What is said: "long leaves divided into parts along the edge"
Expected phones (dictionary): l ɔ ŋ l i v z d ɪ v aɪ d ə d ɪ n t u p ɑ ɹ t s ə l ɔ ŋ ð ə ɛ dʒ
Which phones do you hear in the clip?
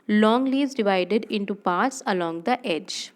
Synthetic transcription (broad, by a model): l ɔ ŋ l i z d ɪ v aɪ d ə d ɪ n t u p ɑ ɹ t s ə l ɔ ŋ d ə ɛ dʒ